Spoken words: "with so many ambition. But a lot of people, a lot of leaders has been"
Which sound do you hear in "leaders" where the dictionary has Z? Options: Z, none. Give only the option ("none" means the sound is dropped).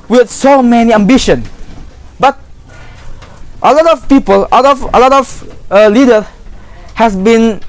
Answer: none